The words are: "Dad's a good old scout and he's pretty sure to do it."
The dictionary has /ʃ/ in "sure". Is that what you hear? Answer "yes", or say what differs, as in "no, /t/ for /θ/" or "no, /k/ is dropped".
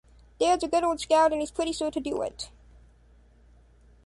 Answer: no, /s/ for /ʃ/